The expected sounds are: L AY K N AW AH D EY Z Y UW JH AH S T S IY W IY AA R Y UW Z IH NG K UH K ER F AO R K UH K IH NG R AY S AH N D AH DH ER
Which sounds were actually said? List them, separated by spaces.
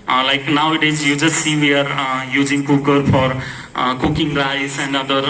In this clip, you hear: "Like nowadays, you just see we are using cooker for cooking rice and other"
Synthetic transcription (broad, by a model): L AY K N AW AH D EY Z Y UW JH AH S T S IY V IY AA R Y UW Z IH NG K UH K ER F AO R K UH K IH NG L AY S AH N D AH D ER